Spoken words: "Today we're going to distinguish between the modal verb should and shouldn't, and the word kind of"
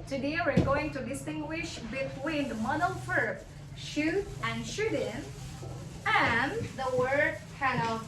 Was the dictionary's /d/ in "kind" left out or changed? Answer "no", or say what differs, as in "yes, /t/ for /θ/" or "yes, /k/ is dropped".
yes, /d/ is dropped